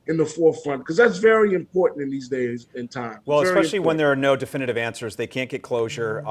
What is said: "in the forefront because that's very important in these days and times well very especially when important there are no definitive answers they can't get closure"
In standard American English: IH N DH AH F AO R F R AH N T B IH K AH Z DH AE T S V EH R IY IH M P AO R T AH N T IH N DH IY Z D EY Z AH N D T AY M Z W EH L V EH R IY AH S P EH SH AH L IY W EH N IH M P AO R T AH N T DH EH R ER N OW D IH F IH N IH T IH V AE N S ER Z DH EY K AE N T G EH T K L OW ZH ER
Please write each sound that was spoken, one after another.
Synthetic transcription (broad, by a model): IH N DH AH F AO R F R AH N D K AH Z DH AE T S V EH R IY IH M P AO R T N T IH N DH IY Z D EY Z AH N T AY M W EH L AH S EH AH L IY W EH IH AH N DH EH R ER N OW D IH F IH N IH T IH V AE N S ER Z DH EY K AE N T G EH T K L OW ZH ER